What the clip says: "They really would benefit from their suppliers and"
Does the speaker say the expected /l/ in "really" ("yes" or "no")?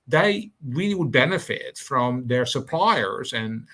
no